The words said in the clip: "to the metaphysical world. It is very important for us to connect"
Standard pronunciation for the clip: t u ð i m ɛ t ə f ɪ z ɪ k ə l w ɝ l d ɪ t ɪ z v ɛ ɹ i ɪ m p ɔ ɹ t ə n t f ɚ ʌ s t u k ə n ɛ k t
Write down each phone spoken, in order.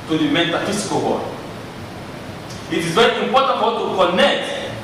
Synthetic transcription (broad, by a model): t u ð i m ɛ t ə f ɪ s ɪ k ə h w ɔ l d ɪ t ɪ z v ɛ ɹ i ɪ m p ɔ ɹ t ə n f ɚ t u k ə n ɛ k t